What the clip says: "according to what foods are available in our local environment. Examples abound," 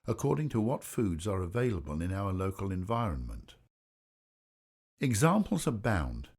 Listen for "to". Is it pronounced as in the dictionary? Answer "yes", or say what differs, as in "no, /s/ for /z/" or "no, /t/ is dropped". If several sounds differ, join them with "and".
yes